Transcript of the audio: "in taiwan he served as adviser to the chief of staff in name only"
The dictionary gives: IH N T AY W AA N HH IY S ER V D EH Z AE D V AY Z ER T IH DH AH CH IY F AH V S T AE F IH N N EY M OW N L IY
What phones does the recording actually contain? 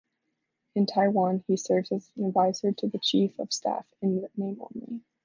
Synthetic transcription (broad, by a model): IH N T AY W AA N IY S ER V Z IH Z AE D V AY Z ER T IH DH AH CH IY F AH V S T AE F IH N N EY IH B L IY